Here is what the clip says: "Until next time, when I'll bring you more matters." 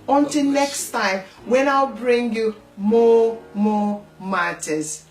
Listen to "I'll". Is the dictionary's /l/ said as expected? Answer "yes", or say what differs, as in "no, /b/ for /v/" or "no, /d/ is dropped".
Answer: yes